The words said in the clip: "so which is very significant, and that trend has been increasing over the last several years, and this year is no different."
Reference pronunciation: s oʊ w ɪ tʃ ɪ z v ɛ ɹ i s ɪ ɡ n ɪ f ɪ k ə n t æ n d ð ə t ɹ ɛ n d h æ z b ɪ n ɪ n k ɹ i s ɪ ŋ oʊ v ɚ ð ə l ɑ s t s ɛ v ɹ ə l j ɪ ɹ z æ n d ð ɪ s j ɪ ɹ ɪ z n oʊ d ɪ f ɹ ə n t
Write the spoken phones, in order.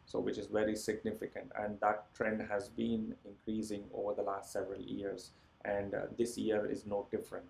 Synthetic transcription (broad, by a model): s oʊ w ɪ tʃ ɪ z v ɛ ɹ i s ɪ ɡ n ɪ f ɪ k ə n t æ n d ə t ɹ ɛ n d h æ z b ɪ n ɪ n k ɹ i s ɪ ŋ oʊ v ɚ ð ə l ɑ s t s ɛ v ɹ ə l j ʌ ɹ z æ n d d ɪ s j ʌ ɹ ɪ z n oʊ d ɪ f ɹ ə n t